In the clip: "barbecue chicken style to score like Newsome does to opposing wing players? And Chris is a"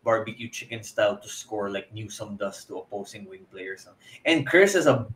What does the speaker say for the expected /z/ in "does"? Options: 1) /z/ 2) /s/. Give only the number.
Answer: 2